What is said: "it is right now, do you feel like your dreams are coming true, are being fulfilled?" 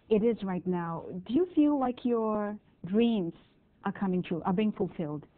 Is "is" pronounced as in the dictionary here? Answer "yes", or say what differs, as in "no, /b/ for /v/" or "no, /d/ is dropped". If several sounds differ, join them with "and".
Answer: yes